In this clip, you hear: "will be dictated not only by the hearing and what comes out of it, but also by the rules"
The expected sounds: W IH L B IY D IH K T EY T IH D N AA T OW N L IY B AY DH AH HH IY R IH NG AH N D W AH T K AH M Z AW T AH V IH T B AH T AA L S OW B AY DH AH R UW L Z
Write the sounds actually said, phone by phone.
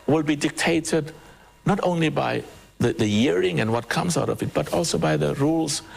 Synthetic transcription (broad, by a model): W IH L B IY D IH K T EY T IH D N AA T OW N L IY B AY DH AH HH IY R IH NG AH N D W AH T K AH M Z AW T AH V IH T B AH T AA L S OW B AY DH AH R UW L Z